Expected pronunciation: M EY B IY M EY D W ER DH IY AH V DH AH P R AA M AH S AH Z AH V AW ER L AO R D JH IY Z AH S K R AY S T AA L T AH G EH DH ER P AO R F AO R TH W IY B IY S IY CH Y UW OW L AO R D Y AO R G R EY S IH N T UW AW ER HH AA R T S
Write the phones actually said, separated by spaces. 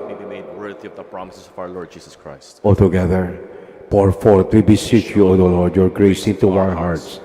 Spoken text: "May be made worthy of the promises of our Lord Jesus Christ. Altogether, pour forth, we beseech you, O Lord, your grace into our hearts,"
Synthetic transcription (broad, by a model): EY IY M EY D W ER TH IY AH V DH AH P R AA M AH S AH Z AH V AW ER L AO R D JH IY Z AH S K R AY S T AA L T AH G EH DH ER P AO R F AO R T W IY B IY S IY CH Y UW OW L AO R D Y AO R G R EY S IH N T UW AW ER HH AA R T S